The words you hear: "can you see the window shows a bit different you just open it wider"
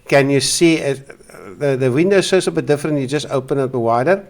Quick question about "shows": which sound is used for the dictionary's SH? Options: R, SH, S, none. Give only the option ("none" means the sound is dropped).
S